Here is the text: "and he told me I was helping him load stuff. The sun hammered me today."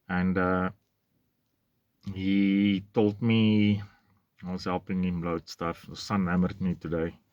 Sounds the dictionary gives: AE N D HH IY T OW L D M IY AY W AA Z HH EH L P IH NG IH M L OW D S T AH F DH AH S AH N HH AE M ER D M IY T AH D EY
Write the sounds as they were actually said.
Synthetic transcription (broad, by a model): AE N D HH IY T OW L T M IY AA S HH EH L P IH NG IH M L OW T S T AH F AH S AH N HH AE M ER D M IY T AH D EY